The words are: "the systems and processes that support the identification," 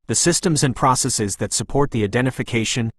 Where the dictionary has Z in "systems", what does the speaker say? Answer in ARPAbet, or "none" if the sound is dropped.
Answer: Z